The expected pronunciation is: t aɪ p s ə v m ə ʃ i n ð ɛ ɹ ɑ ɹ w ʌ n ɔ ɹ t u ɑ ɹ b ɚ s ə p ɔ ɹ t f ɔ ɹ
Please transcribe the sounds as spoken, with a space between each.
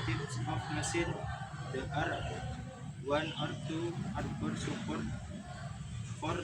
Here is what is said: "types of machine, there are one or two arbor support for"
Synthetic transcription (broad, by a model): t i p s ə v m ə s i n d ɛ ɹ ɑ ɹ w ʌ n ɔ ɹ t u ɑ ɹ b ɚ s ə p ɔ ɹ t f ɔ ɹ